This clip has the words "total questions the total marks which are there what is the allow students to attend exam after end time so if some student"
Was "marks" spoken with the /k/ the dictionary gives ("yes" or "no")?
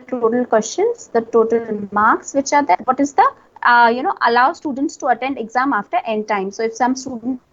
yes